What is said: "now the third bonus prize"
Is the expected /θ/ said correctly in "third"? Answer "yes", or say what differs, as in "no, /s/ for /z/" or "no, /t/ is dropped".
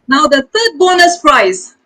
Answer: no, /t/ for /θ/